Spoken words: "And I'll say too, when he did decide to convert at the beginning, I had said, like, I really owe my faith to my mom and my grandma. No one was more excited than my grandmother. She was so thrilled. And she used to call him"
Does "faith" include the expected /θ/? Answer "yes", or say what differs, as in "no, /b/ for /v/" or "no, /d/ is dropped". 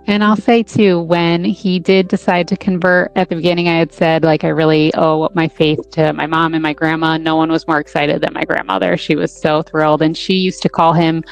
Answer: yes